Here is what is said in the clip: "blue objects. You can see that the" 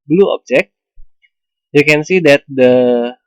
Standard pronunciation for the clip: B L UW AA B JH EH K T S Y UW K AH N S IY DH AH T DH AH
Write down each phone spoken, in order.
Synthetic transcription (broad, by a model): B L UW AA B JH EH K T Y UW K AH N S IY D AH T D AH